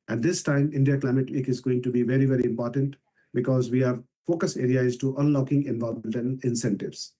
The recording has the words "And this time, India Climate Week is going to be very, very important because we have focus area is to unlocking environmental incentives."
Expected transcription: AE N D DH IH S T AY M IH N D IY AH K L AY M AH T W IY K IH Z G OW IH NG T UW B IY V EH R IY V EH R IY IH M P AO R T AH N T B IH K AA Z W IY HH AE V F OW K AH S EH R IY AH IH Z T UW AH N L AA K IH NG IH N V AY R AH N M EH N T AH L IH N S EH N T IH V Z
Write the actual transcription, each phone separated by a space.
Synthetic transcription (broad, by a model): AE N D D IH S T AY M IH N D IY AH K L AY M AH T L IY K IH Z G OW IH NG T UW B IY V EH R IY V EH R IY IH M P AO R T AH N T B IH K AA Z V IY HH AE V F OW K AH S EH R IY AH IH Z T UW AH N L AA K IH NG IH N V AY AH L M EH N T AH N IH N S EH N T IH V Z